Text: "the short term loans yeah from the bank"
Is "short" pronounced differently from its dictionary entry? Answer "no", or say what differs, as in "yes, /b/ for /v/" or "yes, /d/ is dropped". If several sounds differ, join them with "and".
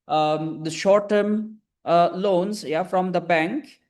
no